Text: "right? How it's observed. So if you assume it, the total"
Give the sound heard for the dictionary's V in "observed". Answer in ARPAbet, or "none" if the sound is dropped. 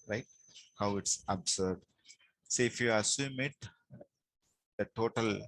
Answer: none